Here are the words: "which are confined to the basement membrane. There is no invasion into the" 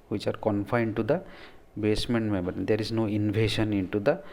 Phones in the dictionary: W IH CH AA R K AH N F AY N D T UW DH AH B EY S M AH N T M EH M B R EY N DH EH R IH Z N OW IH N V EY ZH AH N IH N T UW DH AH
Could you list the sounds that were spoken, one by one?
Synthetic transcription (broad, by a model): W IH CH AA R K AH N F AY N D T UW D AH B EY S M AH N T M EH M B AH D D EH R IH Z N OW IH N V EY SH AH N IH N T UW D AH